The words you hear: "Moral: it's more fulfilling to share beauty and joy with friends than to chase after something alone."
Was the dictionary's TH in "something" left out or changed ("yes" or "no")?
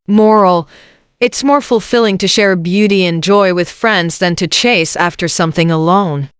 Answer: no